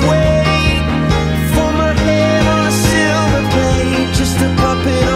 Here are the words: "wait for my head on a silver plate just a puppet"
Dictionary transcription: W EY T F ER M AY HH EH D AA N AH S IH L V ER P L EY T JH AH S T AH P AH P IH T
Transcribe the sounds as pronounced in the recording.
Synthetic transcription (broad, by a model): W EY F ER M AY HH EH D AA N AH S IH L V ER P EY JH AH S T AH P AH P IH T